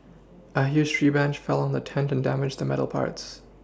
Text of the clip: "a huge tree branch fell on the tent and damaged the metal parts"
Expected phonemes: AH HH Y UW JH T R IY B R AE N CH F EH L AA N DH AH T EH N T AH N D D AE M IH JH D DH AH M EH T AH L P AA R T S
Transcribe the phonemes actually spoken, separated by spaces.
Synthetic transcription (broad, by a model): AH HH Y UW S T R IY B AE N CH F EH L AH N DH AH T EH N T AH N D D AE M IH JH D DH AH M EH T L P AA R T S